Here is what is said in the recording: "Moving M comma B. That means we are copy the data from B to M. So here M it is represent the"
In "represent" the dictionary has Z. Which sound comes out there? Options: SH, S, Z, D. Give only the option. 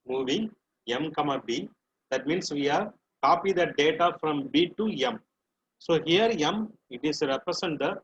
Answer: S